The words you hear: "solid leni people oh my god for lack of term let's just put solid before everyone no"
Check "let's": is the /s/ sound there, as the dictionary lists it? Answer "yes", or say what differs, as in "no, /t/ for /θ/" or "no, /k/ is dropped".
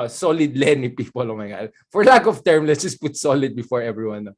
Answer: no, /s/ is dropped